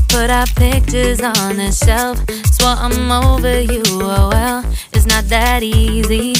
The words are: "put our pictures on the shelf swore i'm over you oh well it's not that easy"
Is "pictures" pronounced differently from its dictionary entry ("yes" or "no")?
no